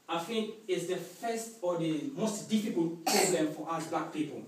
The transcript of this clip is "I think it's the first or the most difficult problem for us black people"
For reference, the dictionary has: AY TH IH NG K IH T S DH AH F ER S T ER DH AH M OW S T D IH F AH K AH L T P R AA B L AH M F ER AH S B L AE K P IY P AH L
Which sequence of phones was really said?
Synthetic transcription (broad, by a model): AY F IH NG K IH T S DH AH F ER S T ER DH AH M OW S T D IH F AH K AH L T P R AA B L AH M F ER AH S B L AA K P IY P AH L